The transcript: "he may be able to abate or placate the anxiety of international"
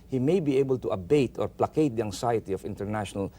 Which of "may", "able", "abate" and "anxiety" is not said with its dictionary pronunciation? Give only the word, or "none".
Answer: anxiety